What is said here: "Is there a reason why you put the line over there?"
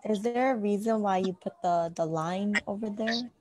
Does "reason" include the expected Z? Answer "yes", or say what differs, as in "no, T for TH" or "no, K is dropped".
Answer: yes